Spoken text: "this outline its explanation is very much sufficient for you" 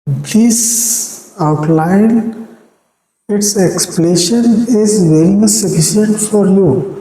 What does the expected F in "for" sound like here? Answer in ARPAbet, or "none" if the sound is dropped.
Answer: F